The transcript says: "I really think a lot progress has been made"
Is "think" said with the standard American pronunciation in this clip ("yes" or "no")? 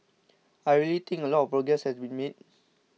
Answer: no